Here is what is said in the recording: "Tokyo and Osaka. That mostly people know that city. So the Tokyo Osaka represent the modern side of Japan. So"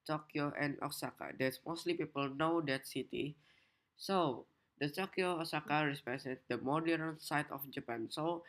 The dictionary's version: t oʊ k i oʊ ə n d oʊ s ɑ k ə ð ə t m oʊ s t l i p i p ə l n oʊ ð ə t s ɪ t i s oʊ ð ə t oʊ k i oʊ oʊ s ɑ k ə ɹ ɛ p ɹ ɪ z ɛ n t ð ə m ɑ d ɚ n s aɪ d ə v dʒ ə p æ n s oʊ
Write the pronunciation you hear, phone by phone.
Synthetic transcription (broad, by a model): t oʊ k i oʊ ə n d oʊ s ɑ k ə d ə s m oʊ s t l i p i p ə l n oʊ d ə t s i t i s oʊ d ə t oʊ k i oʊ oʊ s ɑ k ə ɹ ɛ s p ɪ s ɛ t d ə m ɑ d ɚ n s aɪ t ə f dʒ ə p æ n s oʊ